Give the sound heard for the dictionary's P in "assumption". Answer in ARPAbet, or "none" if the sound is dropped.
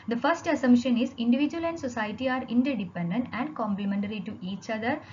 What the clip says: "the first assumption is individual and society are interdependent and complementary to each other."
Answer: none